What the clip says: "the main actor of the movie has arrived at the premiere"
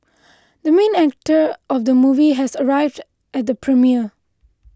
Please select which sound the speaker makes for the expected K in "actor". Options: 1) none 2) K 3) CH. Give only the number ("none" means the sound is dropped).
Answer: 2